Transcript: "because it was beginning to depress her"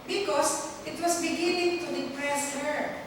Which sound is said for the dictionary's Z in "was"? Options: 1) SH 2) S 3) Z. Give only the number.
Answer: 2